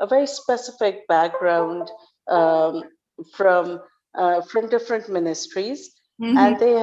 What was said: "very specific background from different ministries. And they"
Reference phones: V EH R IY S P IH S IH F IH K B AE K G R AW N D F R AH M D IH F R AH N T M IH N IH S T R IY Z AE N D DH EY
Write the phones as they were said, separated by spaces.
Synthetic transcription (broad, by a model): V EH R IY S P IH S IH F IH K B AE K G R AW N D F R AH M D IH F R AH N T M IH N IH S T R IY Z AE N D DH EY